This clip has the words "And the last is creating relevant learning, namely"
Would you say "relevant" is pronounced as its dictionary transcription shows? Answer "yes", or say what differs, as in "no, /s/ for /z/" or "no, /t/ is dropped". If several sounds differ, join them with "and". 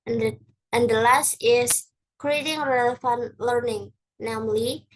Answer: no, /f/ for /v/